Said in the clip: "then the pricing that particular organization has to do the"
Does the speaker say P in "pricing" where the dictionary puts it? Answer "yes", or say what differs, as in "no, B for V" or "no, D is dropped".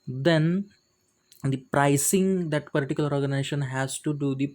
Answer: yes